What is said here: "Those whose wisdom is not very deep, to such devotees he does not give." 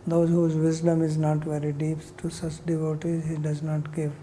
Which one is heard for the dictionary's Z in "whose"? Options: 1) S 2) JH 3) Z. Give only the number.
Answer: 3